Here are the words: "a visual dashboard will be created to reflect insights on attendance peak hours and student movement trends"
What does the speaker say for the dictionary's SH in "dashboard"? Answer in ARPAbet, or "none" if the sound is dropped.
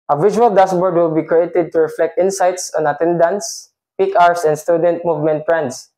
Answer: S